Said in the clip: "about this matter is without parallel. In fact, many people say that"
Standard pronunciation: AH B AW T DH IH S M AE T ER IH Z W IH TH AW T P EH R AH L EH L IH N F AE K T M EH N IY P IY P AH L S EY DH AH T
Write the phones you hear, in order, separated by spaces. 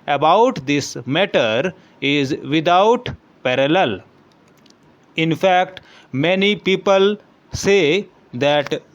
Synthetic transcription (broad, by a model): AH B AW T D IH S M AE T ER IH Z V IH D AW T P EH R AH L EH L IH N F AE K T M EH N IY P IY P AH L S EY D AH T